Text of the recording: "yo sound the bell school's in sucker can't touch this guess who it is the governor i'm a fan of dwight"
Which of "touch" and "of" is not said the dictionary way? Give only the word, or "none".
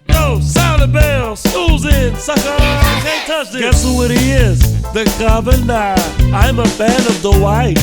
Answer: none